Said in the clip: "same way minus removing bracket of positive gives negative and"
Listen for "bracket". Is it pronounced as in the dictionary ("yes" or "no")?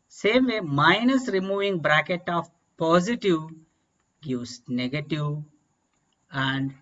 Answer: yes